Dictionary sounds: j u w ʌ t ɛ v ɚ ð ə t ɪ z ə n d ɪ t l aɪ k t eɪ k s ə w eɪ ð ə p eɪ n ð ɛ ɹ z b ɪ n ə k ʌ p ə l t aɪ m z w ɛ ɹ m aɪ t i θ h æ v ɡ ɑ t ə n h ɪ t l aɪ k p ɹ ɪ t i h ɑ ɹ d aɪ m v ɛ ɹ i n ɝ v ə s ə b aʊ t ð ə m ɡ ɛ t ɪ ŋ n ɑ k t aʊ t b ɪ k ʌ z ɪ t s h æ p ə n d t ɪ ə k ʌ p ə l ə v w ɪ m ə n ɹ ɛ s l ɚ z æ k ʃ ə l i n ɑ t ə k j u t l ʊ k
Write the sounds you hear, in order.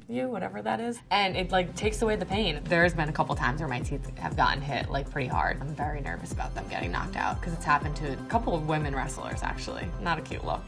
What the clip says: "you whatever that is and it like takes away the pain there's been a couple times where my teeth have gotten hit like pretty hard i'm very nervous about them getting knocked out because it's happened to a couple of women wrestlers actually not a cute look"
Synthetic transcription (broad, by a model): j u w ʌ t ɛ v ɚ ð ə t ɪ z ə n ɪ t l aɪ k t eɪ k s ə w eɪ ð ə p eɪ n ð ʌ ɹ z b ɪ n ə k ʌ p l t aɪ m z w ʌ ɹ m aɪ t i θ h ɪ v ɡ ɑ t n h ɪ t l aɪ k p ɹ ɪ t i h ɑ ɹ d aɪ m v ɛ ɹ i n ɝ v ə s ə b aʊ t ð ə m ɡ ɛ t ɪ ŋ n ɑ k t aʊ t k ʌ z ɪ t s h æ p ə n t ɪ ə k ʌ p l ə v w ɪ m ə n ɹ ɛ s l ɚ z æ k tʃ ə l i n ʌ t ə k j u t l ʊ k